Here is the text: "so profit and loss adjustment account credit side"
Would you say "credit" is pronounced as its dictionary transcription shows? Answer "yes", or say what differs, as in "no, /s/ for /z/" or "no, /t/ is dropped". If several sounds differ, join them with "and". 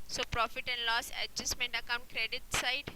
yes